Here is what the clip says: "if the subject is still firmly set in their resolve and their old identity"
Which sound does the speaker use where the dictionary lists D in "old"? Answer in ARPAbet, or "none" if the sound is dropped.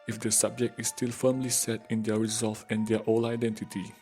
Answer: none